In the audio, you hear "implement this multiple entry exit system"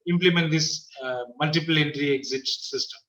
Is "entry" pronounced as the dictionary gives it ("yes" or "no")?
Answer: yes